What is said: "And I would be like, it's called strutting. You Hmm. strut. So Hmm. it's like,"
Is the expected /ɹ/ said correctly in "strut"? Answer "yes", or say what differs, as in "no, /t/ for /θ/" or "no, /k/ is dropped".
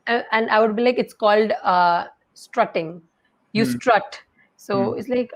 yes